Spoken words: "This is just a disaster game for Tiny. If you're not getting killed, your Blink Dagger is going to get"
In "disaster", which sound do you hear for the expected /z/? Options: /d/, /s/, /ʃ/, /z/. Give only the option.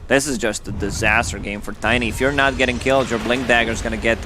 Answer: /z/